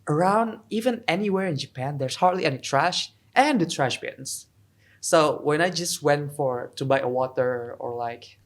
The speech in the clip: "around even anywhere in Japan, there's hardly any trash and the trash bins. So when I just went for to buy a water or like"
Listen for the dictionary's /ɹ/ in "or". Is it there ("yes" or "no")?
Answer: yes